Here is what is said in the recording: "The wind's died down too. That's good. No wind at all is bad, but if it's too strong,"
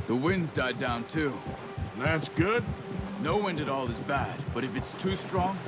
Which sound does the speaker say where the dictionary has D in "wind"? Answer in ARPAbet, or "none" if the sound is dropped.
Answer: D